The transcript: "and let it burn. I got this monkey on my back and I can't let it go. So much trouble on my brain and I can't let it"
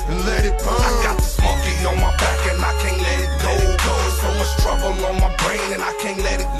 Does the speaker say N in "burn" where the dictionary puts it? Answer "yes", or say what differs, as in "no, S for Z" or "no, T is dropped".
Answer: no, N is dropped